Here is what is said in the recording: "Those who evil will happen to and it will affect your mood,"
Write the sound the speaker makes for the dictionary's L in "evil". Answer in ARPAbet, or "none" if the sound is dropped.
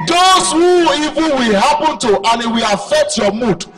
N